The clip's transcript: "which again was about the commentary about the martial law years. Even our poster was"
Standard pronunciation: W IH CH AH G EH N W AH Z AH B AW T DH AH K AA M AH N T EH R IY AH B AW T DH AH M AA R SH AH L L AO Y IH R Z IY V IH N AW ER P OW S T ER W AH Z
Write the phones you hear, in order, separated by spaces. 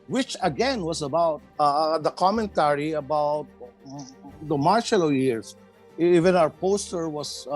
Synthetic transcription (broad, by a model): W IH CH AH G EH N W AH S AH B AW T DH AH K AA M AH N T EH R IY AH B AW T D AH M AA R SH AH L L AO Y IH R S IY V IH N AW ER P OW S T ER W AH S